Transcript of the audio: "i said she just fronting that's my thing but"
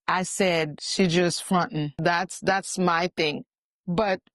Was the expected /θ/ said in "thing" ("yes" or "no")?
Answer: yes